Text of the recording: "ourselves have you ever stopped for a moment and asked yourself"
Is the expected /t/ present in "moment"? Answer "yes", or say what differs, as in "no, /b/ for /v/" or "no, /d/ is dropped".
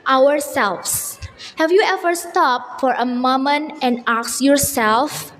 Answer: no, /t/ is dropped